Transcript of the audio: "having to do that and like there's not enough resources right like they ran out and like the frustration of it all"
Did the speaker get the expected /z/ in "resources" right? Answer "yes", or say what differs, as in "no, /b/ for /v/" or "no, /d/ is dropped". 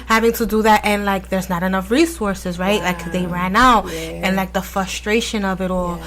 yes